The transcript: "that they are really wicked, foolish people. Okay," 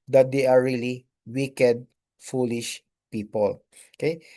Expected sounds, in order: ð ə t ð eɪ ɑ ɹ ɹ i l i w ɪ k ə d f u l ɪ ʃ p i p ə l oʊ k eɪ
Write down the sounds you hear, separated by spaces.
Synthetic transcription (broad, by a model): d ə t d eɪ ɑ ɹ ɹ i l i w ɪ k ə d f u l ɪ ʃ p i p ə l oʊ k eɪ